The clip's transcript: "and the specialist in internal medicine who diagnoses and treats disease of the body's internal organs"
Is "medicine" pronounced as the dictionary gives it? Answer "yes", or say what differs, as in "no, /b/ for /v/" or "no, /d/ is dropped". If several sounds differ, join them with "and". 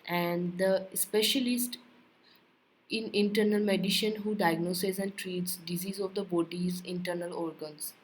no, /ʃ/ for /s/